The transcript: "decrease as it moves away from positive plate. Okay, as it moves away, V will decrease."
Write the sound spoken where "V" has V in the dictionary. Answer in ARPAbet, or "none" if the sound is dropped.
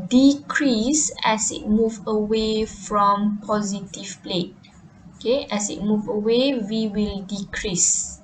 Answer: W